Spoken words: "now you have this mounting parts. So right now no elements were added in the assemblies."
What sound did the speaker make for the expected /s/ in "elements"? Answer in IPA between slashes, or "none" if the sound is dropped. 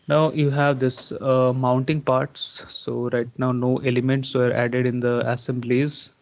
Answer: /s/